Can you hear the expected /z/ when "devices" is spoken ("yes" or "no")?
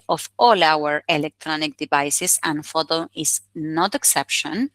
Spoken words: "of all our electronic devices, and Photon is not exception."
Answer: no